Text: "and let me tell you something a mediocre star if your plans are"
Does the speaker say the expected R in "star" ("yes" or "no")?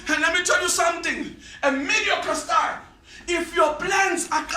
no